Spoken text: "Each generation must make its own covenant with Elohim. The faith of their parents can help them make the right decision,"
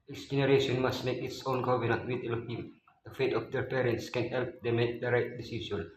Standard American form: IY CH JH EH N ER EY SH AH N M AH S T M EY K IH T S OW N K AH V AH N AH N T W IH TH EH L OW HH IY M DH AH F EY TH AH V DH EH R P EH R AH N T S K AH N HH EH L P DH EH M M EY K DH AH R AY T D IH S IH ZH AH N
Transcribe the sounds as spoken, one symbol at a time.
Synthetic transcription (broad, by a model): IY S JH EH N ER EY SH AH N M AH S T M EY K IH T S OW N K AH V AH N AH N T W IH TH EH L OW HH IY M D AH F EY T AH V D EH R P EH R AH N T S K AH N HH EH L P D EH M M EY K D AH R AY T D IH S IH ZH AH N